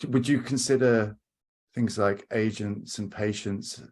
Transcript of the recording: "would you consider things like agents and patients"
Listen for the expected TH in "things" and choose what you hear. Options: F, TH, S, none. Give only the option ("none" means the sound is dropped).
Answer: TH